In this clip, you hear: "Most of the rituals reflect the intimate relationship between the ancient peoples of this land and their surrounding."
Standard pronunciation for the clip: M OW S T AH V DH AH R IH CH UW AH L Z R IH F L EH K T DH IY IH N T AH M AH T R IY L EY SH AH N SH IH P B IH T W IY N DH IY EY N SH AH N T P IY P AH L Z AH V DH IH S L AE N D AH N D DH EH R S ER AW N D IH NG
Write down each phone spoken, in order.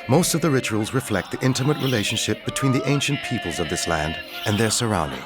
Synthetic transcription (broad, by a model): M OW S T AH V DH AH R IH CH UW AH L Z R IH F L EH K T DH IY IH N T AH M AH T R IY L EY SH AH N SH IH P B IH T W IY N DH IY EY N SH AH N P IY P AH L Z AH V DH IH S L AE N D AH N DH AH R S ER AW N D IH NG